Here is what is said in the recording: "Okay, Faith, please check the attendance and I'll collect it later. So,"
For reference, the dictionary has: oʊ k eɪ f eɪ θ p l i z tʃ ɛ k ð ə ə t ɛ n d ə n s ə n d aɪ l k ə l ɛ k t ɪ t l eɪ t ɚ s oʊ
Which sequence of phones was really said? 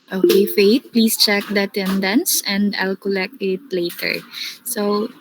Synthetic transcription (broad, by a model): oʊ k eɪ f eɪ t p l i s tʃ ɛ k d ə ə t ɛ n d ə n s ə n d aɪ l k ə l ɛ k t ɪ t l eɪ t ɚ s oʊ